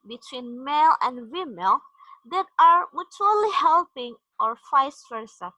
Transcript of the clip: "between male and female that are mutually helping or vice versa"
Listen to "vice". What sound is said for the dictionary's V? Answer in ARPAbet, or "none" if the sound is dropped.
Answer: F